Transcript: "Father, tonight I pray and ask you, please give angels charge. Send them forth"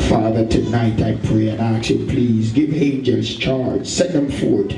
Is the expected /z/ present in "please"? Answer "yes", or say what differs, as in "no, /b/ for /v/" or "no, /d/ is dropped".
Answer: yes